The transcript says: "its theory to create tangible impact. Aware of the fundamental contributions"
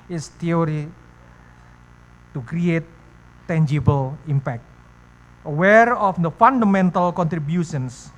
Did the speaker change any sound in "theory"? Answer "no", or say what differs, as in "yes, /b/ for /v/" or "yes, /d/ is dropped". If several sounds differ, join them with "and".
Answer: yes, /t/ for /θ/